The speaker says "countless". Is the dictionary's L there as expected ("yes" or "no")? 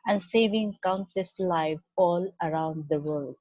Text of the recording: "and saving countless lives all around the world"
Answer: no